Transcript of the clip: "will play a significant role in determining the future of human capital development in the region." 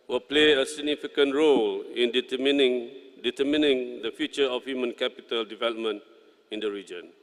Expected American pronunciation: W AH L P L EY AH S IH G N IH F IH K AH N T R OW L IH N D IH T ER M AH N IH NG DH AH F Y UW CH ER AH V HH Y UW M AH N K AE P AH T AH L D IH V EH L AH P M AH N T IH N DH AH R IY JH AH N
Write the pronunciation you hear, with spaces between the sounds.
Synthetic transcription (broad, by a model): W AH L P L EY AH S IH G N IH F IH K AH N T R OW L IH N D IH T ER M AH N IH NG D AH F Y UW CH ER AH F HH Y UW M AH N K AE P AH T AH L D IH V EH L AH P M AH N T IH N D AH R IY JH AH N